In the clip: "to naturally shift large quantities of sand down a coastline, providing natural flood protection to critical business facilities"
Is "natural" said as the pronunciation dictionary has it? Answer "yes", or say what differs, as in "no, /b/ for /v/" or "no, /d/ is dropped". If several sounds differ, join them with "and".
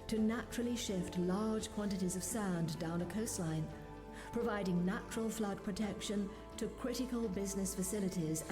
yes